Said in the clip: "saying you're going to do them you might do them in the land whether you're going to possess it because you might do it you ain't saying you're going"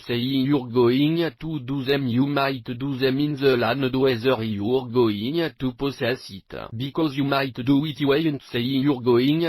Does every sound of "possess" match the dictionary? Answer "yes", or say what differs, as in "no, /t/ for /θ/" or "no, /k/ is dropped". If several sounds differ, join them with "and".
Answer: no, /s/ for /z/